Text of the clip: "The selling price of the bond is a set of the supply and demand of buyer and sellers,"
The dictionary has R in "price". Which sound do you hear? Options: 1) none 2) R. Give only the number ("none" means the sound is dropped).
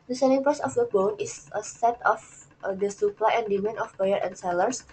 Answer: 1